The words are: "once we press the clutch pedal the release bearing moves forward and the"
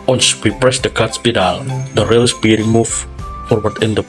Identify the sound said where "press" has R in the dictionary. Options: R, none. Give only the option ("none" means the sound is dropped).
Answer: R